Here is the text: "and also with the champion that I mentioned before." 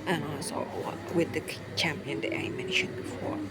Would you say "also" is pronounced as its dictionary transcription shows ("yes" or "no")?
no